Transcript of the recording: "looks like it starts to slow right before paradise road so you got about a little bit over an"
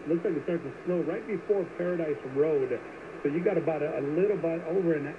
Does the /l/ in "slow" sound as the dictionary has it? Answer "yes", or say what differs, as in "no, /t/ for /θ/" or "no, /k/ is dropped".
no, /n/ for /l/